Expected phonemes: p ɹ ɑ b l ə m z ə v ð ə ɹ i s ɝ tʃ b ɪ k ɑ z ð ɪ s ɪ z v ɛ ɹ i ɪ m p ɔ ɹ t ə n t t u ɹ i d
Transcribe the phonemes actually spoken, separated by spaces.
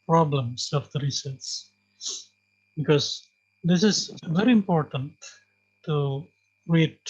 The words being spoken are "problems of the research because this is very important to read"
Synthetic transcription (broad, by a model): p ɹ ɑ b l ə m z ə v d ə ɹ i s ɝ s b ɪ k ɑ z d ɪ s ɪ z v ɛ ɹ i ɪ m p ɔ ɹ t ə n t t u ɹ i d